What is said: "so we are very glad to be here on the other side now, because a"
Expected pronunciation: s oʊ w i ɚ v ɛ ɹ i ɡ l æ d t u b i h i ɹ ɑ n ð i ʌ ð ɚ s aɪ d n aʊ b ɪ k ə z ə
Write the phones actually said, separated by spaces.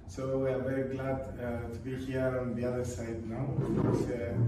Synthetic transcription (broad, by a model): s oʊ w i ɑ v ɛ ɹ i ɡ l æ d t u b i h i ɹ ɑ n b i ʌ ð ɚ s aɪ d n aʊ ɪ ə s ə